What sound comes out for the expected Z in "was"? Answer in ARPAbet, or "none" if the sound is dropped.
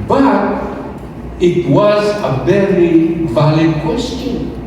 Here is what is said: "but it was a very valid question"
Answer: Z